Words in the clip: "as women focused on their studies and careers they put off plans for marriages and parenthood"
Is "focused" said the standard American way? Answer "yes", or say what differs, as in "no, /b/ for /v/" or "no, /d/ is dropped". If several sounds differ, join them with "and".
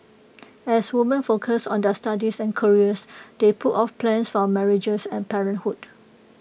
no, /t/ is dropped